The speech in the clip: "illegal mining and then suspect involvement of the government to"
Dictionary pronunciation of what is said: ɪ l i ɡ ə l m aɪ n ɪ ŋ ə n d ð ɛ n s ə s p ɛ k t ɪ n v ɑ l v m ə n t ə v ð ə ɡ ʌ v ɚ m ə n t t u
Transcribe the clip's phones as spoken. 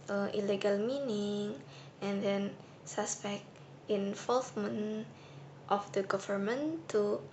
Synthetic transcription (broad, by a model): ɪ l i ɡ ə l m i n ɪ ŋ ə n d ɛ n s ə s p ɛ k t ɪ n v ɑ l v m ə n t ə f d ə ɡ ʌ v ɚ m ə n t t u